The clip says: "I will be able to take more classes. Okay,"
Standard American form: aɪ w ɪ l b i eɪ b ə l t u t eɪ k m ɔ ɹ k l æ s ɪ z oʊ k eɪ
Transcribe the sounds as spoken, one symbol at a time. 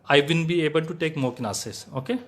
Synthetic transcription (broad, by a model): aɪ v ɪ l b i eɪ b ə l t u t eɪ k m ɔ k n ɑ s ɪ s oʊ k eɪ